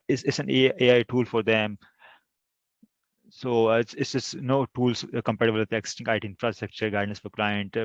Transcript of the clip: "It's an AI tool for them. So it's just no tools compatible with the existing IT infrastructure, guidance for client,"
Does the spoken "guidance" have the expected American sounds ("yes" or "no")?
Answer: no